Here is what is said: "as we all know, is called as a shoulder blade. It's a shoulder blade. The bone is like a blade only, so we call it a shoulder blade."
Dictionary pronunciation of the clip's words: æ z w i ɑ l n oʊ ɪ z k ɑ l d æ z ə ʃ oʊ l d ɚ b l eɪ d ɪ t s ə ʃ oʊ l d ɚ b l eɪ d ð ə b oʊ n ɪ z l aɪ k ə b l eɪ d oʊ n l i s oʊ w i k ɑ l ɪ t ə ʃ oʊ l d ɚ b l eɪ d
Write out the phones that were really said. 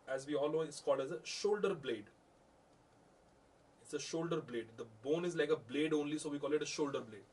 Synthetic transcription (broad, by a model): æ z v i ɑ l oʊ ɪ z k ɑ l d æ z ə ʃ oʊ l d ɚ b l eɪ d ɪ t s ə ʃ oʊ l d ɚ b l eɪ d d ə b oʊ n ɪ z l aɪ k ə b l eɪ d oʊ n l i s oʊ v i k ɑ l ɪ t ə ʃ oʊ l d ɚ b l eɪ d